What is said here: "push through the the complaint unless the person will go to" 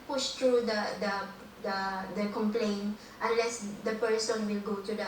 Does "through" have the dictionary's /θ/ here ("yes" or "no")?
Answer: no